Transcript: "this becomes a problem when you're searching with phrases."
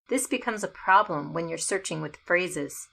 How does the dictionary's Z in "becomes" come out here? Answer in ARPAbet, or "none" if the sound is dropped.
Z